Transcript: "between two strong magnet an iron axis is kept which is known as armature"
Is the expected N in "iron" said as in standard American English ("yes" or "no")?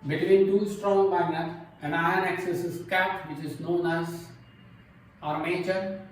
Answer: no